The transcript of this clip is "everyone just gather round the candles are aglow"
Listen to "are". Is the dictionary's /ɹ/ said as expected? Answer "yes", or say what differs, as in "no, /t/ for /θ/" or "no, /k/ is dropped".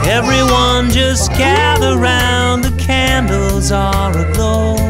no, /l/ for /ɹ/